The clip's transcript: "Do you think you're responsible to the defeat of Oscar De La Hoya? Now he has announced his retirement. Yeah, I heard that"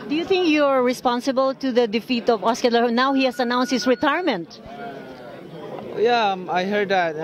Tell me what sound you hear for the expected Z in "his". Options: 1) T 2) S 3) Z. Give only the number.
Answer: 2